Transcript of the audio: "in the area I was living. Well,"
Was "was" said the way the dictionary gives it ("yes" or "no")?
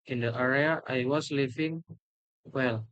no